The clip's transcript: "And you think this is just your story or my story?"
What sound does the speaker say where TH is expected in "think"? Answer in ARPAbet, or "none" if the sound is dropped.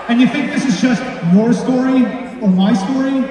TH